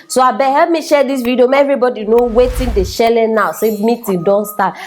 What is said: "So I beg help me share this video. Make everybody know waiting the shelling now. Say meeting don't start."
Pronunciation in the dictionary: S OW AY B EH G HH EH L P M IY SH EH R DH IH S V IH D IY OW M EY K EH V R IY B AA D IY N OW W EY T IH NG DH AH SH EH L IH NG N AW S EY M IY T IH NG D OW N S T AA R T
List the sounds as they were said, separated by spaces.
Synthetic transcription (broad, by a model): S OW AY B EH HH EH L P M IY SH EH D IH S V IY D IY OW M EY EH V R IY B AA D IY N OW W EY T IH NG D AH SH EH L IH N AW S EY M IY T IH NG D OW N S T AA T